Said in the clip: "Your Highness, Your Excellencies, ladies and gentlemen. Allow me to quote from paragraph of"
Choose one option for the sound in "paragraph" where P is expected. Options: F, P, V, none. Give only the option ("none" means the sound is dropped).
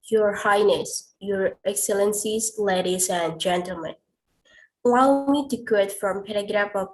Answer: P